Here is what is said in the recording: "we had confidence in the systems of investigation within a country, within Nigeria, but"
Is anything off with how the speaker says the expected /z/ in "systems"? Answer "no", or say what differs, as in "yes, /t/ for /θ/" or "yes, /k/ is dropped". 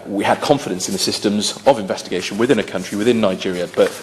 no